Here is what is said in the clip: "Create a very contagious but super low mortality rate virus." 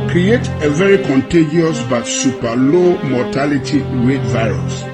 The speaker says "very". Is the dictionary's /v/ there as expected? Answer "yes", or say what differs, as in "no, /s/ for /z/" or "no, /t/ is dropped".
yes